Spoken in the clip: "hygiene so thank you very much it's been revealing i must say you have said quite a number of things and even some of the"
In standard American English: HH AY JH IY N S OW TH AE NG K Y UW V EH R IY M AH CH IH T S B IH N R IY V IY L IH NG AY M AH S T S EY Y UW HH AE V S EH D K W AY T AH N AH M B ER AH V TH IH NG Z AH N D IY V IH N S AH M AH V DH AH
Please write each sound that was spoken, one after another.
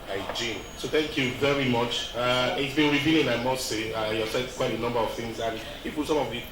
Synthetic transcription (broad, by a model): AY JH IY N S OW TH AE NG K Y UW V EH R IY M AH CH IH T S B IH N R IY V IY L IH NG AY M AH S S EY Y UW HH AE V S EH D K W AY T AH N AH M B ER AH V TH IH NG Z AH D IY P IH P S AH M AH V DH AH